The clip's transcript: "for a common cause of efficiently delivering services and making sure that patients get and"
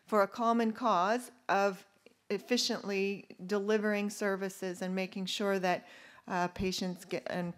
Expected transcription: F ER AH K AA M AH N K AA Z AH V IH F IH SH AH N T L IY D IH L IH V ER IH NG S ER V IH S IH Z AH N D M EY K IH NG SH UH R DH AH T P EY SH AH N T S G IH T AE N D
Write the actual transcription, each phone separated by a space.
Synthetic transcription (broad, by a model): F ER AH K AA M AH N K AA Z AH V IH F IH SH AH N T L IY D IH L IH V ER IH NG S ER V IH S IH Z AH N M EY K IH NG SH UH R DH AH T P EY SH AH N T S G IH N